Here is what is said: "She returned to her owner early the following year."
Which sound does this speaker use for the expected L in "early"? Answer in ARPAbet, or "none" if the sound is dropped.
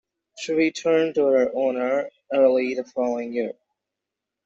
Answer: L